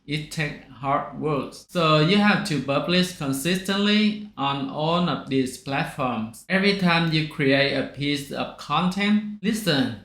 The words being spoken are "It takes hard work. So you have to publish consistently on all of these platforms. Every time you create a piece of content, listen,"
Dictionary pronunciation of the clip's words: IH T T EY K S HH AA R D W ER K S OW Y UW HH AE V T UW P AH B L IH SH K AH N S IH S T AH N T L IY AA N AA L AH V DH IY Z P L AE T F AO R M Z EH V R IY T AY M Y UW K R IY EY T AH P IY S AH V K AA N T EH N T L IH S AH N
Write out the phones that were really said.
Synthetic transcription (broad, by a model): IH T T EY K HH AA R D W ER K S OW Y UW HH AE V T UW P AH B L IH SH K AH N S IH S T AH N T L IY AA N AA L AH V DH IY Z P L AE T F AO R M S EH V R IY T AY M Y UW K R IY EY T AH P IY S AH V K AA N T EH N T L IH S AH N